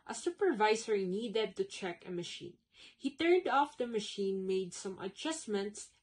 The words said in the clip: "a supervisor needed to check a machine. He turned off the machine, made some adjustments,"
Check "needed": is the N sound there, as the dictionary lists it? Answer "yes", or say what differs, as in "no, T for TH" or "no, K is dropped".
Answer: yes